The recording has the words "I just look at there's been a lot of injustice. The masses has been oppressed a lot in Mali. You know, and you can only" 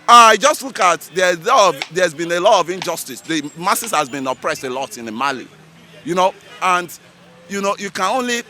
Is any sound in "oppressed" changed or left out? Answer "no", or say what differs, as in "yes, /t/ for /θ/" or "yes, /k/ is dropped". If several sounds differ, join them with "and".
no